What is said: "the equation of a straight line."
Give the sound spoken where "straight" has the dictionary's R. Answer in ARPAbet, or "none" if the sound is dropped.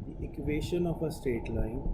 none